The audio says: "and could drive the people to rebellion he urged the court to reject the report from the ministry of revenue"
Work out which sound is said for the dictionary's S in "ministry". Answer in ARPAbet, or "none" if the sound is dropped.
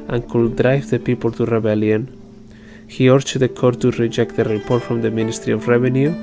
S